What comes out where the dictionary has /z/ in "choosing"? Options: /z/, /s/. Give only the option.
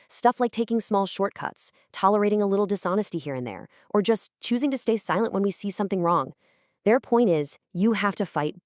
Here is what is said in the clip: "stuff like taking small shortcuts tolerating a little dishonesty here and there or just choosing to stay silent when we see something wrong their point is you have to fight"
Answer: /z/